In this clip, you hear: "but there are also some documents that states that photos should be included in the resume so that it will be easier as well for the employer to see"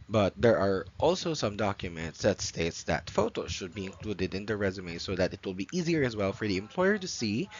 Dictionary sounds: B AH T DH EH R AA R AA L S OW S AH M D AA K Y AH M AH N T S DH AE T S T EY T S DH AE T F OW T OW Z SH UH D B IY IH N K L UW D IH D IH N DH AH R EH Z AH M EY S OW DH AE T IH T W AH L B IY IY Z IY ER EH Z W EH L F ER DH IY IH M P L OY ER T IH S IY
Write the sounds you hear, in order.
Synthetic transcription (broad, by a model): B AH T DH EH R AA R AA L S OW S AH M D AA K Y AH M AH N T S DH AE T S T EY T S DH AE T F OW T OW Z SH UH D B IY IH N K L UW D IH D IH N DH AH R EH Z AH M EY S OW DH AE T IH T W AH L B IY IY Z IY ER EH Z W EH L F ER DH IY IH M P L OY ER T IH S IY